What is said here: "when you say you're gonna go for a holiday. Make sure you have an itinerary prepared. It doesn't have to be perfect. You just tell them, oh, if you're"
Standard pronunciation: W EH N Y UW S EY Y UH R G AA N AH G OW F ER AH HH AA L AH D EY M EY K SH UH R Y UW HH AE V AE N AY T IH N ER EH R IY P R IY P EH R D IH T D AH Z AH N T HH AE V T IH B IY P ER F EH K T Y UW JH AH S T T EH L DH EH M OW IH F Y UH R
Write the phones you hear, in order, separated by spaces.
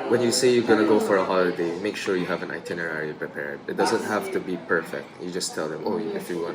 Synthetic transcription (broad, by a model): W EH N Y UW S EY Y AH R G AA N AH G OW F ER AH HH AA L AH D EY M EY K SH UH R Y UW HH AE V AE N AY T IH N ER EH R IY P R IY P EH R D IH T D AH Z AH N T HH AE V T IH B IY P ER F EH K T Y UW JH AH S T T EH L DH EH M OW IH F Y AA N